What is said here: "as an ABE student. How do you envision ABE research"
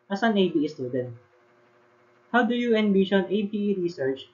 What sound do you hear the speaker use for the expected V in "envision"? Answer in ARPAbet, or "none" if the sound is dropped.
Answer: B